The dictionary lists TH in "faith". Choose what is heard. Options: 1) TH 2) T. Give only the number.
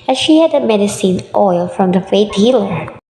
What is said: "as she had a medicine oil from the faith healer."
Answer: 2